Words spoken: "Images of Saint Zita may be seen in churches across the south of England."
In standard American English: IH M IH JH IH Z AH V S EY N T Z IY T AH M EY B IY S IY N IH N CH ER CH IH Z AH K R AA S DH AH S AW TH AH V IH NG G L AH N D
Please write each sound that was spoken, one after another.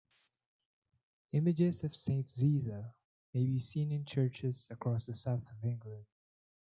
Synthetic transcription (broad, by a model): IH M IH JH IH Z AH V S EY N T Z IY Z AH M EY B IY S IY N IH N CH ER CH IH Z AH K R AA S DH AH S AW TH AH V IH NG G L AH N D